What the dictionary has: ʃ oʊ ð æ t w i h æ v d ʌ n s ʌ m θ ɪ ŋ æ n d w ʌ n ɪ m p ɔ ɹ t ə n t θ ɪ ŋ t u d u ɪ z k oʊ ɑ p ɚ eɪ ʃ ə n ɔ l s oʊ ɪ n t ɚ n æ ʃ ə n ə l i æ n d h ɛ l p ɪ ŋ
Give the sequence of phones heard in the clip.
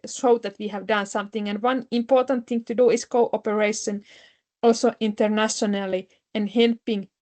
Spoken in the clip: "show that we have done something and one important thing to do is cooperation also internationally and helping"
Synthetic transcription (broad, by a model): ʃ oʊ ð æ t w i h æ v d ʌ n s ʌ m θ ɪ ŋ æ n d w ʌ n ɪ m p ɔ ɹ t ə n t θ ɪ ŋ t u d u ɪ s k oʊ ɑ p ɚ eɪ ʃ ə n ɔ l s oʊ ɪ n t ɚ n æ ʃ ə n ə l i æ n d h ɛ l p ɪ ŋ